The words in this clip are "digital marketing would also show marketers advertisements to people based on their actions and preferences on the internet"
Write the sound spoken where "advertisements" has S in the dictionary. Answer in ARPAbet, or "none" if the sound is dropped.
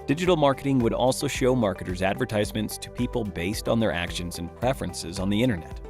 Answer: S